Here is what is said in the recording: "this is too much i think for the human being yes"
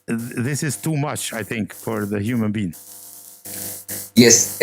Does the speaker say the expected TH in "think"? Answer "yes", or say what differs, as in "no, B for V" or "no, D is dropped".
yes